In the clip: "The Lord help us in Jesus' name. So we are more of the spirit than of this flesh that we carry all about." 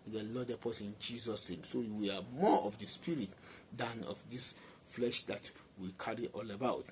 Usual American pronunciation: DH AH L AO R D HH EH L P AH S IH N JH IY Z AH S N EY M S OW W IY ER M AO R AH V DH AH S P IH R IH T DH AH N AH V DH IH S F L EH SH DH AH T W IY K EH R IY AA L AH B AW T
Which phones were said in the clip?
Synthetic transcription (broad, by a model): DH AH L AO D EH P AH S IH N JH IY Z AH S N EY M S OW W IY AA M AO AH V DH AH S P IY R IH T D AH N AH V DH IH S F L EH SH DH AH T W IY K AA R IY AA L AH B AW T